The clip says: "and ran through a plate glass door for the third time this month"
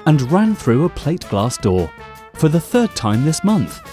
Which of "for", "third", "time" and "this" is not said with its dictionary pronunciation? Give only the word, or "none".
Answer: none